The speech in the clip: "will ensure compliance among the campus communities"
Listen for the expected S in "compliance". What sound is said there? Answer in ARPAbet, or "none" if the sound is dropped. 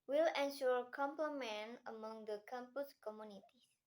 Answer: none